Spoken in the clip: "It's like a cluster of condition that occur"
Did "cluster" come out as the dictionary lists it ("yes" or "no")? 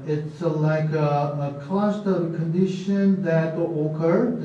no